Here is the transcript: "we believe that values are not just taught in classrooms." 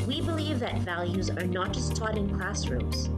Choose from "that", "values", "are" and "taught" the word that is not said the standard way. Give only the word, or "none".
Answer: none